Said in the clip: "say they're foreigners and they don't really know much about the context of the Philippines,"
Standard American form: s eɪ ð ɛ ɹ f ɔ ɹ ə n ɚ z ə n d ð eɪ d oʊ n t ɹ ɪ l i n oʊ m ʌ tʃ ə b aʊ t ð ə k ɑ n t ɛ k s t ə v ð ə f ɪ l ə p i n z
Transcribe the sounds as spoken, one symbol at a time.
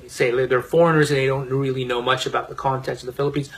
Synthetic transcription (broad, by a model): s eɪ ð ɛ ɹ f ɔ ɹ ə n ɚ z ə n ð eɪ d oʊ n t ɹ ɪ l i n oʊ m ʌ tʃ ə b aʊ t ð ə k ɑ n t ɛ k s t ə v ð ə f ɪ l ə p i n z